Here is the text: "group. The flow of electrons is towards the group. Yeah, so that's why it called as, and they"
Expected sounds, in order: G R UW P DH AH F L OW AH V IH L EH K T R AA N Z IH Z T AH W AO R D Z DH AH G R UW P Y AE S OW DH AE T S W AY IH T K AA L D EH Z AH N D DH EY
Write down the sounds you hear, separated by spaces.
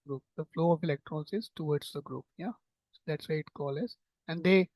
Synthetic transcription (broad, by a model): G R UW P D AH F L OW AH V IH L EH K T R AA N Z IH Z T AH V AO R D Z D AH G R UW P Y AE S OW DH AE T S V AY IH T K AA L EH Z AH N D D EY